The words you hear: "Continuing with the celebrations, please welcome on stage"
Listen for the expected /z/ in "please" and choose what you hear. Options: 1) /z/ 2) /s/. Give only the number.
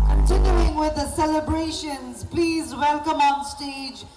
1